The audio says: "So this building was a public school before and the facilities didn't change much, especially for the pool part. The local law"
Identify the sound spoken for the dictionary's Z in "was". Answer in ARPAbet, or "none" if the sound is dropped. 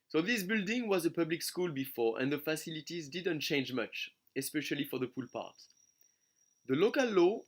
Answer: Z